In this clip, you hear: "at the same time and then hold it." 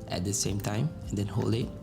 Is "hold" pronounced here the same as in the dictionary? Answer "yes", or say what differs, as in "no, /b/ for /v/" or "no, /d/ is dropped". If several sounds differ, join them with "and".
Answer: no, /d/ is dropped